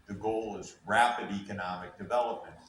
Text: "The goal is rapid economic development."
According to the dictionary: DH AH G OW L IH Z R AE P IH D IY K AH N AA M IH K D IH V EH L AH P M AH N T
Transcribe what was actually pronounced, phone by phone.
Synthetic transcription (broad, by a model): DH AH G OW L IH Z R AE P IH D IY K AH N AA M IH K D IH V EH L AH P M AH N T